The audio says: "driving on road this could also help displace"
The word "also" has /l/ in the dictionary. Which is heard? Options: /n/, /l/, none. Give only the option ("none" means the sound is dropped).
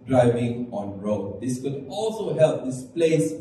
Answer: /l/